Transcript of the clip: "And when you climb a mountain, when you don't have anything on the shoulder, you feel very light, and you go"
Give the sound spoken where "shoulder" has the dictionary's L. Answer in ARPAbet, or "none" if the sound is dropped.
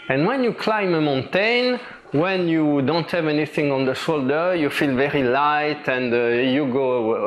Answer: L